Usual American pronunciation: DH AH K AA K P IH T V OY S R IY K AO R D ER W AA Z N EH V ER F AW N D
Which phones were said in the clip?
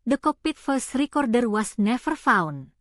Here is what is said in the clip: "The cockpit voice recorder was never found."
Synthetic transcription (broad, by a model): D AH K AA P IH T F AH S R IY K AO R D ER W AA S N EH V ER F AW N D